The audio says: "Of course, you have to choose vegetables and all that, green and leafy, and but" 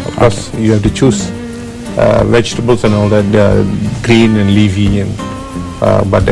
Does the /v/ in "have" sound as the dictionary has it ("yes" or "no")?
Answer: no